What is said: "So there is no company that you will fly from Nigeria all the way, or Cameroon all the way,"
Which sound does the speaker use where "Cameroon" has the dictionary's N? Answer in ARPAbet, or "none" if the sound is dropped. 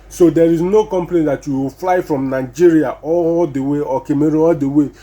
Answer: none